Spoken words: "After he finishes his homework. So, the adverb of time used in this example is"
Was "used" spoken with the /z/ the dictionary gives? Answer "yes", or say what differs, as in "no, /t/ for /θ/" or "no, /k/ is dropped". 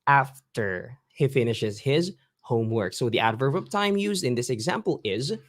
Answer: yes